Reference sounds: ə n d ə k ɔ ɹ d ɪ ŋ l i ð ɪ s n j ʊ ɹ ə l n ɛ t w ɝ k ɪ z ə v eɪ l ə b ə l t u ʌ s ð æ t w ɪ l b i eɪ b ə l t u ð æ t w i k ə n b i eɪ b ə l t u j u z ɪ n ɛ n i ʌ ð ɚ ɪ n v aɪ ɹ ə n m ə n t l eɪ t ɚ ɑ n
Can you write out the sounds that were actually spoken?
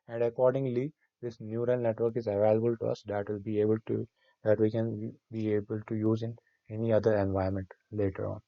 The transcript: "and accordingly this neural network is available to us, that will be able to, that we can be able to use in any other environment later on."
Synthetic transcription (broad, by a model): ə n d ə k ɔ ɹ d ɪ ŋ l i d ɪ s n j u ɹ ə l n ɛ t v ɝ k ɪ z ə v eɪ l ə b ə l t u ʌ s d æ t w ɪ l b i eɪ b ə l t u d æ t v i k ə n b i eɪ b ə l t u j u z ɪ n ɛ n i ʌ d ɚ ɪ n v aɪ ə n m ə n t l eɪ t ɚ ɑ n